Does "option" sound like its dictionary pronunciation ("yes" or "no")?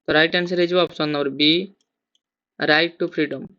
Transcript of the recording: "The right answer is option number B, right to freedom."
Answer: no